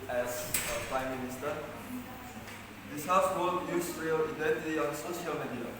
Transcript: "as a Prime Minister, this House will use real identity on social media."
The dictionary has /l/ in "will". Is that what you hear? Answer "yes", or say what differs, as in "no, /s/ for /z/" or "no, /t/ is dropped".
no, /n/ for /l/